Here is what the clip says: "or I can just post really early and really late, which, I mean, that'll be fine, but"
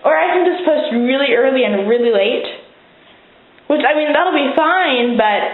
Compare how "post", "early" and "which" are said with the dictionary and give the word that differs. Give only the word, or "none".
none